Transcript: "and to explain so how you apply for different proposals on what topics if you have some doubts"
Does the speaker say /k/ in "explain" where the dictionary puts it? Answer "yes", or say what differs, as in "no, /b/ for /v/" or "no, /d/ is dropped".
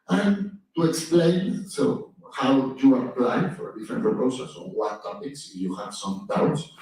yes